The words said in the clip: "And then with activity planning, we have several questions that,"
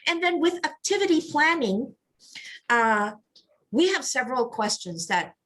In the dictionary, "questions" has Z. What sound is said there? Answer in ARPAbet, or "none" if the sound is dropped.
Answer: Z